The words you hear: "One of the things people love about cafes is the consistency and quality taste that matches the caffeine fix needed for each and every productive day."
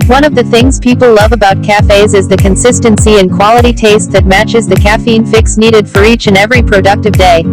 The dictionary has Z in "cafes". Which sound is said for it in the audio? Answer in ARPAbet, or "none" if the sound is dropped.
Z